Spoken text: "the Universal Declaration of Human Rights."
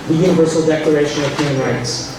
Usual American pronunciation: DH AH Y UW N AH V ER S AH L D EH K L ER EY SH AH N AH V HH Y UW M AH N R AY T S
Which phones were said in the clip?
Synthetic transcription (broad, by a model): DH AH Y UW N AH V ER S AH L D EH K L ER EY SH AH N AH V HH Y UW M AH N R AY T S